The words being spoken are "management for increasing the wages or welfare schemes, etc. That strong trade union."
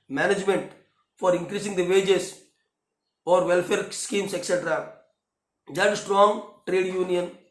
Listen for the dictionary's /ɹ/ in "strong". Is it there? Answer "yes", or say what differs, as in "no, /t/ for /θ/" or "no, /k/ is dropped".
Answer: yes